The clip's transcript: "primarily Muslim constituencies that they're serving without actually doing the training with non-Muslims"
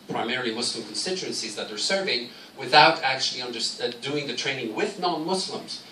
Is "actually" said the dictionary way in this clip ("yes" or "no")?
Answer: no